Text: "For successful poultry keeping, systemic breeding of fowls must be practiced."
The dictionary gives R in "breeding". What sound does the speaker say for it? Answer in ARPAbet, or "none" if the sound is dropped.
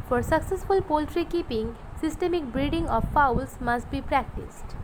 R